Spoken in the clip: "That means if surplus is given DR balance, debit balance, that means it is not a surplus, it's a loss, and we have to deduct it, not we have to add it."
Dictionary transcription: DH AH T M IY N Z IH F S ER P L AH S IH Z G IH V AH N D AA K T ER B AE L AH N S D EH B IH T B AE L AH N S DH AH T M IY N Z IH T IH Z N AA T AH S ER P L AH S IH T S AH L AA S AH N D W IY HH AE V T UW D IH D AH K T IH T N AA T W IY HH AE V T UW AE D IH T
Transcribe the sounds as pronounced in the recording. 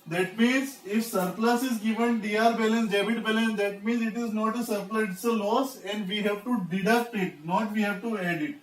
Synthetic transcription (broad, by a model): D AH T M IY N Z IH F S ER P L AH S IH Z G IH V AH N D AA T B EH L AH N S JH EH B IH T B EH L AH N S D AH T M IY N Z IH T IH Z N AA T AH S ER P L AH IH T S AH L AA S AH N D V IY HH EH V T UW D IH D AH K T IH T N AA T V IY HH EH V T UW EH D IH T